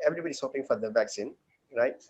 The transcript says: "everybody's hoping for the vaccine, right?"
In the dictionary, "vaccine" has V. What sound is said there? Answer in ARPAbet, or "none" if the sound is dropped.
V